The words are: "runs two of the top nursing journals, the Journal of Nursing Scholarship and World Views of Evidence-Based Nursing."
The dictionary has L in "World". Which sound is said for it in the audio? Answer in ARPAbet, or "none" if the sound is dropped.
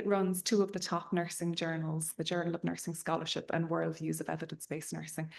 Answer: L